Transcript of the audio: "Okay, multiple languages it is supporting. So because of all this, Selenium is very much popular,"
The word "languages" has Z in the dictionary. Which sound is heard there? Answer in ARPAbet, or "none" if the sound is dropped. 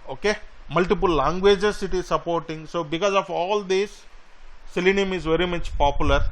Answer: S